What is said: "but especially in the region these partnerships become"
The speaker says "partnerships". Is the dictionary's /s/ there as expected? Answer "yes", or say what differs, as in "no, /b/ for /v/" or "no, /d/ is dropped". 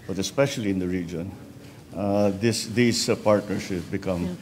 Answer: no, /s/ is dropped